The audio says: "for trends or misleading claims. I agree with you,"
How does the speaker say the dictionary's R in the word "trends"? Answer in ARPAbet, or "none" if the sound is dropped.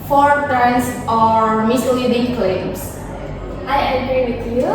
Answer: none